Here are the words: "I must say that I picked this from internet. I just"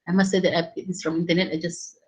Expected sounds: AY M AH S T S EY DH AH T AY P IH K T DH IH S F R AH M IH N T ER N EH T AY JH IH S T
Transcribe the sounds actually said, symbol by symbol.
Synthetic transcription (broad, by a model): AY M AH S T S EY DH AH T AY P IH T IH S F R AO M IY N T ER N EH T AY JH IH S